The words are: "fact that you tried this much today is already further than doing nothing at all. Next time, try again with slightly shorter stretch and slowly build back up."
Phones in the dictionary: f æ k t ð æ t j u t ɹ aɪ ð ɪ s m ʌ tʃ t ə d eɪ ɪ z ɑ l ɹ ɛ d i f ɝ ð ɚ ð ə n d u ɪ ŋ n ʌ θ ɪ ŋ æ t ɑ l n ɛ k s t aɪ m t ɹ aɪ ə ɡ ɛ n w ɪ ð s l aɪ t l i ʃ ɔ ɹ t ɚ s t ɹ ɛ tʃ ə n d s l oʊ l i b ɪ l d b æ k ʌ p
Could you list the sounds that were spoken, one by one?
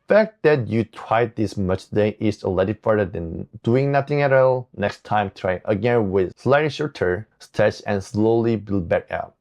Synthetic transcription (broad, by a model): f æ k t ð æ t j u t ɹ aɪ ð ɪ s m ʌ tʃ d eɪ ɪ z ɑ l ɛ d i f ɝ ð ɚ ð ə n d u ɪ ŋ n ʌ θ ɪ ŋ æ t ɑ l n ɛ k s t aɪ m t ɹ aɪ ə ɡ ɛ n w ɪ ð s l aɪ t l i ʃ ɔ ɹ t ɚ s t ɛ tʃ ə n s l oʊ l i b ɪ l b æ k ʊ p